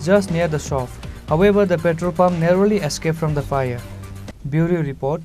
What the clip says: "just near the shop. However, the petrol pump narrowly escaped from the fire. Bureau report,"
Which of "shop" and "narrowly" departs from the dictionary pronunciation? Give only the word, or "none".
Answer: shop